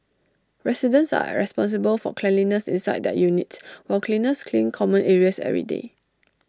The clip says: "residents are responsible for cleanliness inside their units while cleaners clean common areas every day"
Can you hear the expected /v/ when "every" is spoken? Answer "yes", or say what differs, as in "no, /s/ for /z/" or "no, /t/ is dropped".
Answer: no, /v/ is dropped